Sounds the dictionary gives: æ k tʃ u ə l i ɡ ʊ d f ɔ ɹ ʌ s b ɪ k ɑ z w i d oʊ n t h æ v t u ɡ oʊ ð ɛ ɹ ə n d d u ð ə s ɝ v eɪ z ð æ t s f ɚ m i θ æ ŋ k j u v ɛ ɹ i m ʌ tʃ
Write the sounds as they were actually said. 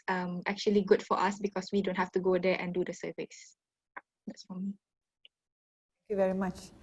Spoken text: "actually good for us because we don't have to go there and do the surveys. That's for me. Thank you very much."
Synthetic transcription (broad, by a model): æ k tʃ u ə l i ɡ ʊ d f ɔ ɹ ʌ s b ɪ k ɑ s w i d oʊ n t h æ f t u ɡ oʊ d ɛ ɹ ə n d d u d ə s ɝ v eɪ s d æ t s f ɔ m i t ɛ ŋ k j u v ɛ ɹ i m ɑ tʃ